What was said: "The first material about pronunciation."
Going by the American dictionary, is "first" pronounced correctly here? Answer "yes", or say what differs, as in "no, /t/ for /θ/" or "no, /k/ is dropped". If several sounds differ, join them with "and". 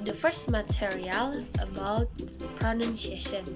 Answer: yes